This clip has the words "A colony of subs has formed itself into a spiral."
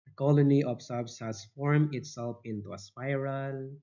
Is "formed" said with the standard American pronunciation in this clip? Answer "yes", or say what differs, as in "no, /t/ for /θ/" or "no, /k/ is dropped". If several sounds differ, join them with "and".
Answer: no, /d/ is dropped